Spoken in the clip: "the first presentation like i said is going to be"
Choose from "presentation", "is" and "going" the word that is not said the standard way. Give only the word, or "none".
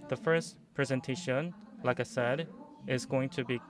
none